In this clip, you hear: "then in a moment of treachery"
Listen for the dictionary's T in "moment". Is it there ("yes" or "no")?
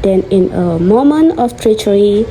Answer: no